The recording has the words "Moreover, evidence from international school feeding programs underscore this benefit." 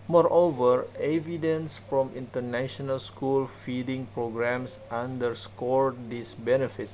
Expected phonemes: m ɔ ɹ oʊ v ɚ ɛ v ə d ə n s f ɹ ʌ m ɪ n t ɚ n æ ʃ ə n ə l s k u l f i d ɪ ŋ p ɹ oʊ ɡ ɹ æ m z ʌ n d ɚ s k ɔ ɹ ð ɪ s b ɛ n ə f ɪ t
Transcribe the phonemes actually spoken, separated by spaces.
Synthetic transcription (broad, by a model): m ɔ ɹ oʊ v ɚ ɛ v ə d ə n s f ɹ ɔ m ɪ n t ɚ n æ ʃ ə n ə l s k u l f i d ɪ ŋ p ɹ oʊ ɡ ɹ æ m s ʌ n d ɚ s k ɔ ɹ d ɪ s b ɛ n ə f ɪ t